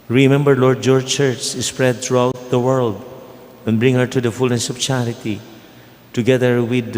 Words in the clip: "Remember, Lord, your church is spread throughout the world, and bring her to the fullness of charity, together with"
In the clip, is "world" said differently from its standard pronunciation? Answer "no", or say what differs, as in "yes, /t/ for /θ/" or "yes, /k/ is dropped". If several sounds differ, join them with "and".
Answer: no